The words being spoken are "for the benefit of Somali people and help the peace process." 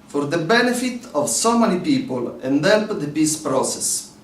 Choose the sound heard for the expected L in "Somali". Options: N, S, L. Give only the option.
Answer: N